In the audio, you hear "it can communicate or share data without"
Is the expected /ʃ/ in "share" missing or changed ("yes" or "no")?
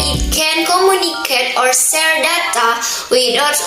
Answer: yes